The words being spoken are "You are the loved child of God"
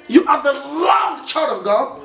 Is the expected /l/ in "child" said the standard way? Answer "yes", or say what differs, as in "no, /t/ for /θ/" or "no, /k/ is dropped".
no, /l/ is dropped